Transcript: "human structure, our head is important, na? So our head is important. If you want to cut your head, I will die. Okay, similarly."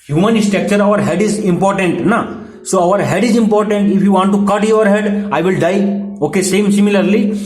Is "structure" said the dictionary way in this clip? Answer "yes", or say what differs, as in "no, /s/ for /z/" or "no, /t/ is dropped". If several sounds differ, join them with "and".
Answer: no, /ɹ/ is dropped